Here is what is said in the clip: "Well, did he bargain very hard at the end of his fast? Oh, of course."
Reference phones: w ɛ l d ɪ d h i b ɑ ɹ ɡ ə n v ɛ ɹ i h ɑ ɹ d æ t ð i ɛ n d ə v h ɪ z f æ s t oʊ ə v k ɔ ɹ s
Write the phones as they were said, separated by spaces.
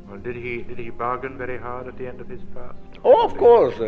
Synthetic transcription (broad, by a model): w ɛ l d ɪ d h i b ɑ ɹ ɡ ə n v ɛ ɹ i h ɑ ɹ d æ t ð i ɛ n d ə v h ɪ z p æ s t oʊ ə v k ɔ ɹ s